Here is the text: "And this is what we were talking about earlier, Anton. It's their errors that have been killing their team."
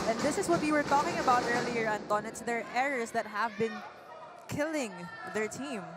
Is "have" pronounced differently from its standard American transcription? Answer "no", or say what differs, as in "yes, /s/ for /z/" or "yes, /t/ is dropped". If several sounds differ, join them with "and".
no